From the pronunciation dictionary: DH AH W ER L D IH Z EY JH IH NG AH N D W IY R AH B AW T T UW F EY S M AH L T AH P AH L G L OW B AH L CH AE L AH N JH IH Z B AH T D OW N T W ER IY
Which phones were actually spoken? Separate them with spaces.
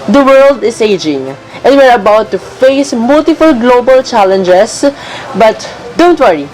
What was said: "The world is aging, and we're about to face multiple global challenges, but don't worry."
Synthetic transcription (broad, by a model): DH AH W ER L D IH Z EY JH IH NG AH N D W IY R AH B AW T T UW F EY S M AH L T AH F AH L G L OW B AH L CH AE L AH N JH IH S B AH T D OW N T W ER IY